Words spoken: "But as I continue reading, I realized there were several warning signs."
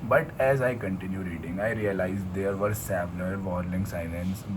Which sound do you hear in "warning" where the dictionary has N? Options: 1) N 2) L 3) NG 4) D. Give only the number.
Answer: 2